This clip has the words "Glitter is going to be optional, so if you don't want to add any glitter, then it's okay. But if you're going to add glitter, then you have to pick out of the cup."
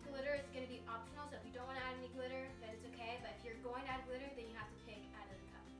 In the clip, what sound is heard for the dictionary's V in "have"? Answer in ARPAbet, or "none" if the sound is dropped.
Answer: F